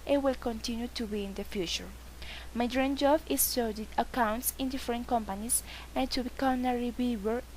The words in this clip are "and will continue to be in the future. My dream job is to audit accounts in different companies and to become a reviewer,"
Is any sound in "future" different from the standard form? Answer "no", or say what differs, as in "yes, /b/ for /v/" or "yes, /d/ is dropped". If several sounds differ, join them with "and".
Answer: no